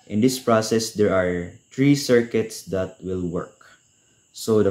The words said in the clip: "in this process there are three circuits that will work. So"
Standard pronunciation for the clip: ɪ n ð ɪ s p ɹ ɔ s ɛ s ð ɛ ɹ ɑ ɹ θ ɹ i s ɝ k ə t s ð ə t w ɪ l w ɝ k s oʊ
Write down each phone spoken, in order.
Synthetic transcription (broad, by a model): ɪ n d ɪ s p ɹ ɔ s ɛ s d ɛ ɹ ɑ ɹ t ɹ i s ɝ k ə t s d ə t w ɪ l w ɝ k s oʊ